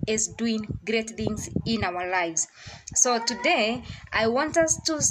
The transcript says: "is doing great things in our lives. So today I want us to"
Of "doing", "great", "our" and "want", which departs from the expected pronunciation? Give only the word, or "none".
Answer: none